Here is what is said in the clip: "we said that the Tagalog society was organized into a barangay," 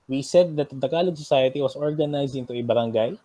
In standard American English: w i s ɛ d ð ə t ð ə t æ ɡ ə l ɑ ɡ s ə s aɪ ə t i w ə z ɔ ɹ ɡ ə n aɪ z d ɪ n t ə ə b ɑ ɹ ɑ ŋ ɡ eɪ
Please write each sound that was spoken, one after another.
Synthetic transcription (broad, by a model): w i s ɛ d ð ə t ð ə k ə l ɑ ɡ s ə s aɪ ə t i w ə s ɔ ɹ ɡ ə n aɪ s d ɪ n t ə ə b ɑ ɹ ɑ ŋ ɡ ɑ